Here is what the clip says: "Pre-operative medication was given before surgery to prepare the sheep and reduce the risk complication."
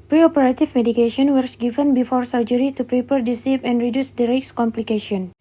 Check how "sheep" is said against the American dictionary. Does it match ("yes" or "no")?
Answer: no